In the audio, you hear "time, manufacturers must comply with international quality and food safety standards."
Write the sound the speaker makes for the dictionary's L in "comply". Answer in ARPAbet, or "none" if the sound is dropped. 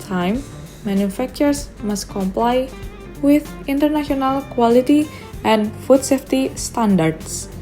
L